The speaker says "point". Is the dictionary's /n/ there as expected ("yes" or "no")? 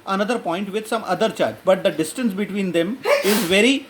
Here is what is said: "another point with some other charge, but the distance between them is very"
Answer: yes